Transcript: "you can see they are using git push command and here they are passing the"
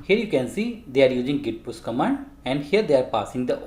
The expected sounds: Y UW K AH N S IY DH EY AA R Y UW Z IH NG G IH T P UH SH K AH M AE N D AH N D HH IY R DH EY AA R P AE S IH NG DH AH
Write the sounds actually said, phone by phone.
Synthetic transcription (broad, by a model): Y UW K AH N S IY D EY AA R Y UW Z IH NG G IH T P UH S K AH M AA N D AH N D HH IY R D EY AA R P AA S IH NG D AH